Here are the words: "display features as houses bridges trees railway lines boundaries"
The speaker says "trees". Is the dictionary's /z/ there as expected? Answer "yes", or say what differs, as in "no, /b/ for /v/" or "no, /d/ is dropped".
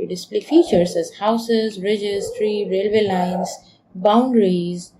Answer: no, /z/ is dropped